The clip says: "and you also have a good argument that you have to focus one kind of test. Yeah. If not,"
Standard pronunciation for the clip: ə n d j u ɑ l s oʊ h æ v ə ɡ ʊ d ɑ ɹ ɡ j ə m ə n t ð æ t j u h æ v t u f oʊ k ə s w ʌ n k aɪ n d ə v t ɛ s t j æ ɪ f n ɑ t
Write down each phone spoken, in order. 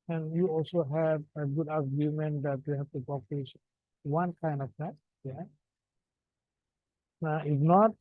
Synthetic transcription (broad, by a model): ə n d j u ɑ l s oʊ h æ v ə ɡ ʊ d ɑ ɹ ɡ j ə m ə n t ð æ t j u h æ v t u p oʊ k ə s w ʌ n k aɪ n d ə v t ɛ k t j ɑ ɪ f n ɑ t